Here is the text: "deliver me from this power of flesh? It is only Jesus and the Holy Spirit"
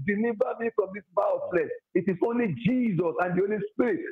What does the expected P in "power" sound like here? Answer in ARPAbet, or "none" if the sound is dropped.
B